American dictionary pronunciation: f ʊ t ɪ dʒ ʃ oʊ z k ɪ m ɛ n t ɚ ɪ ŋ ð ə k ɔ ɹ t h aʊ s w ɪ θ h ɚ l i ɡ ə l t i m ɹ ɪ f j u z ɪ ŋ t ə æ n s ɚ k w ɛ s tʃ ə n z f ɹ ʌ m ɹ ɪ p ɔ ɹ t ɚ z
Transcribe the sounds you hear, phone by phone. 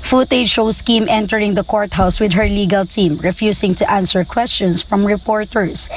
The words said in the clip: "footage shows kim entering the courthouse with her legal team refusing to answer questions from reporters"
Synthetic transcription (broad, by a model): f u t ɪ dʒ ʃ oʊ s k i m ɛ n t ɚ ɪ ŋ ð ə k ɔ ɹ t h aʊ s w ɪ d h ɚ l i ɡ ə l t i m ɹ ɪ f j u s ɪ ŋ t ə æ n s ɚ k w ɛ s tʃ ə n s f ɹ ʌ m ɹ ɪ p ɔ ɹ t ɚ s